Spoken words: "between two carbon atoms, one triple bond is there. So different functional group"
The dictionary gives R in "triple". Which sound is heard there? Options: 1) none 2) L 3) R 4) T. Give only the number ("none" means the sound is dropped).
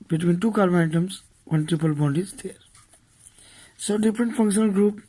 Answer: 1